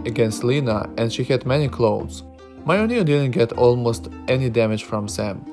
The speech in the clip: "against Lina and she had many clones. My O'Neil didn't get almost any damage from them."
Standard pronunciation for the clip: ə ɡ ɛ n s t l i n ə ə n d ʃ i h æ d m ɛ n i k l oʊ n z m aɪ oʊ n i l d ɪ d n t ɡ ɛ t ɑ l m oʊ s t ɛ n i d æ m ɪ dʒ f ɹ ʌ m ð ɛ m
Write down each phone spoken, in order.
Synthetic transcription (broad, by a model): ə ɡ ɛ n s t l i n ə ə n d ʃ i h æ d m ɛ n i k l oʊ z m aɪ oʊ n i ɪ d ɪ d n t ɡ ɛ t ɑ l m oʊ s t ɛ n i d æ m ɪ dʒ f ɹ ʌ m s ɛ m